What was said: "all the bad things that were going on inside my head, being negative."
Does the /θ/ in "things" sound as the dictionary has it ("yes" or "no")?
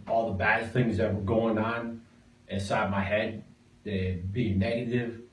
yes